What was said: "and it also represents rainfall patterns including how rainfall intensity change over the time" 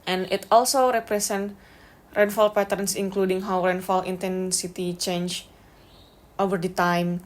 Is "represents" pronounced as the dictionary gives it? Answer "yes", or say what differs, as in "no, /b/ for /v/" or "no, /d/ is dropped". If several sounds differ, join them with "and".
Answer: no, /s/ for /z/ and /s/ is dropped